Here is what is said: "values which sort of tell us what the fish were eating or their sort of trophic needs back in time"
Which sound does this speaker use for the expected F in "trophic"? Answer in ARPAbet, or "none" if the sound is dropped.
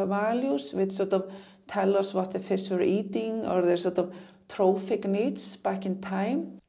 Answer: F